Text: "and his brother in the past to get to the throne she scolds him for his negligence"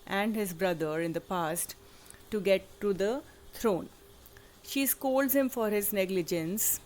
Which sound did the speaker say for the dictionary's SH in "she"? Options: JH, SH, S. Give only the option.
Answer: SH